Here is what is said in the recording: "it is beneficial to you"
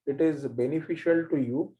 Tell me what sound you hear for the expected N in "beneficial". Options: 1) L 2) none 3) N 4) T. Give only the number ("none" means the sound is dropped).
3